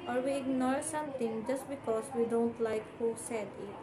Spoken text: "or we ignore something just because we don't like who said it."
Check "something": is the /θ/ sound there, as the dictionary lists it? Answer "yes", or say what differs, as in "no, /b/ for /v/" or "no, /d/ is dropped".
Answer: no, /t/ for /θ/